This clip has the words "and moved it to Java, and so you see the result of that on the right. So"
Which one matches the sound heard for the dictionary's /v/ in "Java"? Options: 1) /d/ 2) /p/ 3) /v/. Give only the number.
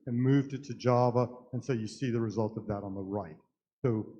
3